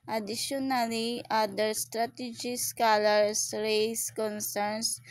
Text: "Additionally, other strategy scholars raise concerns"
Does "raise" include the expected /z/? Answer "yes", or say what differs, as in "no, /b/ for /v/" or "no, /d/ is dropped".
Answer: no, /s/ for /z/